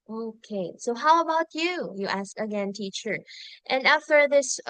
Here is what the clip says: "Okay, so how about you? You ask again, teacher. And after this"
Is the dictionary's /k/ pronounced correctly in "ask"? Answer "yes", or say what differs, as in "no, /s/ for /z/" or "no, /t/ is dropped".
yes